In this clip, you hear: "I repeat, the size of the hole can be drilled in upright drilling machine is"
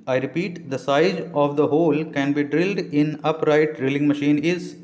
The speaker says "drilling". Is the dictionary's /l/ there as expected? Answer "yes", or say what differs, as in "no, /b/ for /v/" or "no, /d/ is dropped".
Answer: yes